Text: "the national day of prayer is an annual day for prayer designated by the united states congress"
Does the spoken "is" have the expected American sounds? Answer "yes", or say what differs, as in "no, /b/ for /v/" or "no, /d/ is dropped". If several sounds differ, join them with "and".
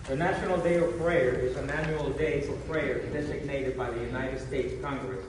yes